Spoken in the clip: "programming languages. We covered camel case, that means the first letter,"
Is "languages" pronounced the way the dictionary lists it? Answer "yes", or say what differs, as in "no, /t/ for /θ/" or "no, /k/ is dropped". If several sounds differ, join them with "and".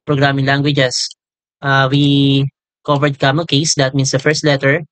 no, /s/ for /z/